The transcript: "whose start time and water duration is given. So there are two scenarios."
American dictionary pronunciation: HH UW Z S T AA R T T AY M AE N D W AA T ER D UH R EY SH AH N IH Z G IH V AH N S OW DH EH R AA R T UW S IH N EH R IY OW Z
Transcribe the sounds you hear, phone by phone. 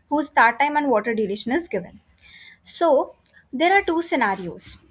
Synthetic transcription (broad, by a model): HH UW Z T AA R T T AY M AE N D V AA T ER D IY L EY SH AH N IH Z G IH V AH N S OW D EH R AA R T UW S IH N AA R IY OW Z